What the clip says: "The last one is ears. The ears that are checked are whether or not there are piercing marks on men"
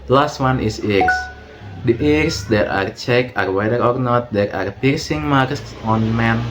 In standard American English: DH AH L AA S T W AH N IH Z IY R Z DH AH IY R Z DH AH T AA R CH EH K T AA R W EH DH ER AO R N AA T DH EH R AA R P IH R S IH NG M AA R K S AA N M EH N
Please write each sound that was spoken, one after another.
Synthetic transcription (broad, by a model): L AA S T W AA N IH S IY R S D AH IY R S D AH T AA R CH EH K AA R W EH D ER AO R N AA T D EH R AA R P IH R S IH NG M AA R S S AA N M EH N